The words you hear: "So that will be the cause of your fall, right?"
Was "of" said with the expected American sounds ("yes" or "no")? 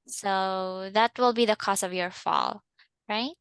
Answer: yes